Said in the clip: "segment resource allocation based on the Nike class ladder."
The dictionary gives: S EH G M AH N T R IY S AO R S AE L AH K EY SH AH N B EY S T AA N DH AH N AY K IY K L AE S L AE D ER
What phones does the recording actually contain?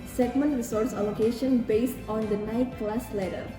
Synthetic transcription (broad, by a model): S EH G M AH N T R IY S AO R S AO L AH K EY SH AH N B EY S T AA N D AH N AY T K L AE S L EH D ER